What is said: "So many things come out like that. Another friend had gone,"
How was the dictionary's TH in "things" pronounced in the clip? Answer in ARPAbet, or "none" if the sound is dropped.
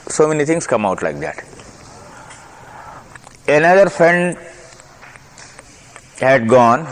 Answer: T